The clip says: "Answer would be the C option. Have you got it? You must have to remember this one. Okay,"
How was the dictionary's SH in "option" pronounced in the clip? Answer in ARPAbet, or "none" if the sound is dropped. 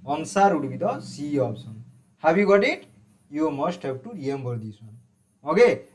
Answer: S